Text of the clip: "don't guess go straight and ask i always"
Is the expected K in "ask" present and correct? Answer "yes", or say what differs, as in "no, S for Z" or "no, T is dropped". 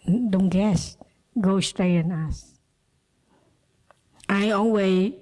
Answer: no, K is dropped